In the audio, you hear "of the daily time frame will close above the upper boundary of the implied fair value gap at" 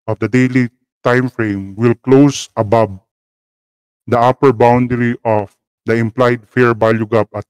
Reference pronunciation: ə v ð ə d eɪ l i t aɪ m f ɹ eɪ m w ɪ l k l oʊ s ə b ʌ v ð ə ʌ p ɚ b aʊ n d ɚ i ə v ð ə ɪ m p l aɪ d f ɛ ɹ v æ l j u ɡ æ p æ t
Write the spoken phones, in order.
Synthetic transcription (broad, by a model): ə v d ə d eɪ l i t aɪ m f ɹ eɪ m w ɪ l k l oʊ s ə b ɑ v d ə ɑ p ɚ b aʊ n d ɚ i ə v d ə ɪ m p l aɪ d f ɛ ɹ b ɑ l j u ɡ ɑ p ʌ t